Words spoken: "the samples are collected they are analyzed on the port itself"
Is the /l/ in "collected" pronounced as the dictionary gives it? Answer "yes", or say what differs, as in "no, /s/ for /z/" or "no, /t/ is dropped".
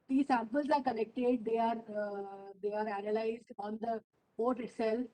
no, /n/ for /l/